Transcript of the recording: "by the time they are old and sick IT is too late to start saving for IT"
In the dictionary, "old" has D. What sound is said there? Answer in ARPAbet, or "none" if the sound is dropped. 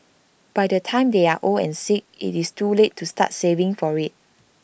none